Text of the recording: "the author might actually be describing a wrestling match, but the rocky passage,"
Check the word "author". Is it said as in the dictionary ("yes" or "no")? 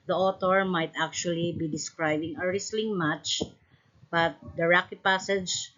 no